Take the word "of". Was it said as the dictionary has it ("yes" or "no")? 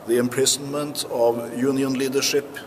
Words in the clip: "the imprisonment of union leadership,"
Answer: yes